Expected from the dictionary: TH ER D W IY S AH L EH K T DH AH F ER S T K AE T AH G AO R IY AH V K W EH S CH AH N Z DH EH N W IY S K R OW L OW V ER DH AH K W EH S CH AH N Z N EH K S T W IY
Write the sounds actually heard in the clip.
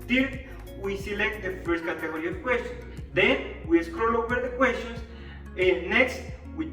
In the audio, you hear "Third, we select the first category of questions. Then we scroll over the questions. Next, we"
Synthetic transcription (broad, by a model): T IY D W IY S AH L EH K T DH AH F ER S T K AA T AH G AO R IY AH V K W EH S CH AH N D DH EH N W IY S K R OW L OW W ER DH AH K W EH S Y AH N S N EH K S T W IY